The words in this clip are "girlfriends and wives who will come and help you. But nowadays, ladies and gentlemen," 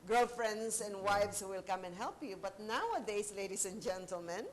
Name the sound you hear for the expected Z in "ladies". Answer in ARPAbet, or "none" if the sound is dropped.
S